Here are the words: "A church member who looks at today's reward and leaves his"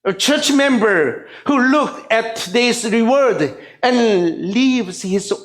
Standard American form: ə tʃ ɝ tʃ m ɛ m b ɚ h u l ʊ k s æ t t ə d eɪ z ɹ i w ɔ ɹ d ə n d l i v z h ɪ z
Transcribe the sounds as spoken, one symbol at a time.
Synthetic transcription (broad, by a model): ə tʃ ɝ tʃ m ɛ m b ɚ h u l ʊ k æ t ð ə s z ɹ i w ɔ ɹ d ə n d l i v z h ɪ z